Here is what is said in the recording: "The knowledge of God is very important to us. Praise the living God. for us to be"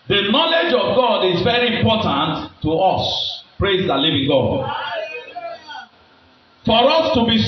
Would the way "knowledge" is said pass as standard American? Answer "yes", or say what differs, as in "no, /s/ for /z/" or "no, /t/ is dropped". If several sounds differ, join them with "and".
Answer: yes